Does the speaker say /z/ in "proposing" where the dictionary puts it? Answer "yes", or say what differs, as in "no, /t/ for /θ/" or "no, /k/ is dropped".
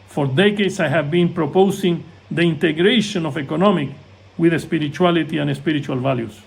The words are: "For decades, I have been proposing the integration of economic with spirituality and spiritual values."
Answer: no, /s/ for /z/